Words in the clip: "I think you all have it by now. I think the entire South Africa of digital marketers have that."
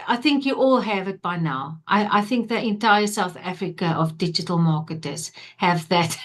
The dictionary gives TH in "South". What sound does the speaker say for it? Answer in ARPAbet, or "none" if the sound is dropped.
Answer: TH